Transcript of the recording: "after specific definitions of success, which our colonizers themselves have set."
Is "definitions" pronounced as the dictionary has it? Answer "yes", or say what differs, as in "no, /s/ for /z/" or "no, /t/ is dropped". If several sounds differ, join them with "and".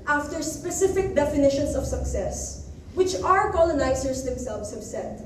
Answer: no, /s/ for /z/